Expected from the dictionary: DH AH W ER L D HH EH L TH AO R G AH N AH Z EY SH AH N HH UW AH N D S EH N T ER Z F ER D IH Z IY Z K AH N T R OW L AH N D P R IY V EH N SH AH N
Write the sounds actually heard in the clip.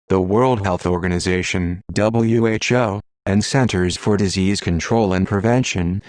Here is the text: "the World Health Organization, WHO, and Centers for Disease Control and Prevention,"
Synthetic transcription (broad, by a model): DH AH W ER L D HH EH L TH AO R G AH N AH Z EY SH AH N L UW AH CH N S EH N T ER Z F ER D IH Z IY Z K AH N T R OW L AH N P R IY V EH N SH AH N